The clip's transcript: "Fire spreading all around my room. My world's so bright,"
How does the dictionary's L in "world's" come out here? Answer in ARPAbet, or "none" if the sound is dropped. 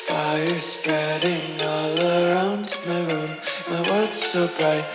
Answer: none